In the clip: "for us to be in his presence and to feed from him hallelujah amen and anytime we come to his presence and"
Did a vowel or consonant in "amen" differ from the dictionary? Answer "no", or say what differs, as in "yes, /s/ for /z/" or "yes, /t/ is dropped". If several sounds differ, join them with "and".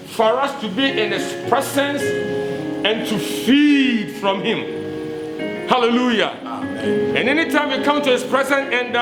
yes, /m/ is dropped